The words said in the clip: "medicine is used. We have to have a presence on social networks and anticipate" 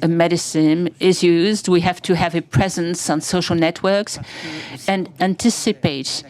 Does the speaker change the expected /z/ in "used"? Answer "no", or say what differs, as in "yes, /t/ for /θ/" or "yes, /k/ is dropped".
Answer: no